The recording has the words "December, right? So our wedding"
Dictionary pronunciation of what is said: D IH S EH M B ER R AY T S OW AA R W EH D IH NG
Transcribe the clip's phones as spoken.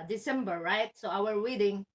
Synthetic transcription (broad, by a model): D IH S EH M B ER R AY T S OW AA W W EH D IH NG